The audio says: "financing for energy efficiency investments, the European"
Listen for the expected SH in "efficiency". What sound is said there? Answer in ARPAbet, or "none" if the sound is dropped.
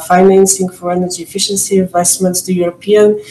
SH